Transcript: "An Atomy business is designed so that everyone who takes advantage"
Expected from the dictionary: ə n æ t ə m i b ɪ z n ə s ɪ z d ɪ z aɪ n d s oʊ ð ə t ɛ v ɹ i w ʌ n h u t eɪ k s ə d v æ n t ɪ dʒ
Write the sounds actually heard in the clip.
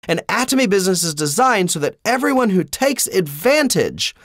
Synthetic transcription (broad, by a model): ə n æ t ə m i b ɪ z n ə s ɪ z d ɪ z aɪ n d s oʊ ð ə t ɛ v ɹ i w ʌ n h u t eɪ k s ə d v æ n t ɪ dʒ